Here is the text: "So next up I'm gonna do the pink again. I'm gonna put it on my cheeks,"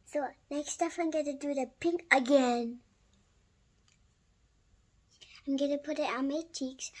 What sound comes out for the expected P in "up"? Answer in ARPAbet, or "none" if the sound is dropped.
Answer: F